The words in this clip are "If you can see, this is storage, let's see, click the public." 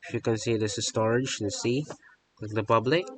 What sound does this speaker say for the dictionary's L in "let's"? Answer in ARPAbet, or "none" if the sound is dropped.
N